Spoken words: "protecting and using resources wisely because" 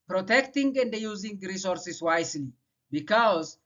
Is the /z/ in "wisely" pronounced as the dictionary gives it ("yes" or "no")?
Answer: no